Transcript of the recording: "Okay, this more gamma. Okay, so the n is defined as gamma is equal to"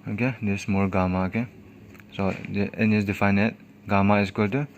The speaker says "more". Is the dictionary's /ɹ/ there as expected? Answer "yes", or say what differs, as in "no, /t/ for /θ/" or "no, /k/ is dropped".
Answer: no, /l/ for /ɹ/